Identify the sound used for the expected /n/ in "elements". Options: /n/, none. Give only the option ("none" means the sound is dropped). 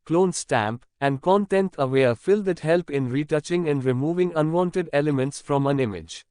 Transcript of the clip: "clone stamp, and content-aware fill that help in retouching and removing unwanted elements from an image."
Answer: /n/